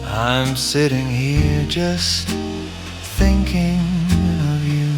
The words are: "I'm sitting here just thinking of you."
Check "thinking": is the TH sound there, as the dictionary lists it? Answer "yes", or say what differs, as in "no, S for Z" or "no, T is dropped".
yes